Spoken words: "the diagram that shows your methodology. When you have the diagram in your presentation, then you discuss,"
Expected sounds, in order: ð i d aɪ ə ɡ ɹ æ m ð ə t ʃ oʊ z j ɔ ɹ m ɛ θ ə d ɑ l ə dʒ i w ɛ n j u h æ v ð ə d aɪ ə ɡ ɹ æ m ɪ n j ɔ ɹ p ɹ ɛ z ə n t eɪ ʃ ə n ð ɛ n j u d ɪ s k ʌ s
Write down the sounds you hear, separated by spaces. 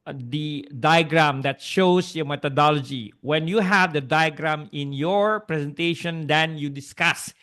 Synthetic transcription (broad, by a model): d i d aɪ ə ɡ ɹ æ m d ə t ʃ oʊ s j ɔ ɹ m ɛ t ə d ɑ l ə dʒ i w ɛ n j u h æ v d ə d aɪ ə ɡ ɹ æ m ɪ n j ɔ ɹ p ɹ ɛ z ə n t eɪ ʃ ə n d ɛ n j u d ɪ s k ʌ s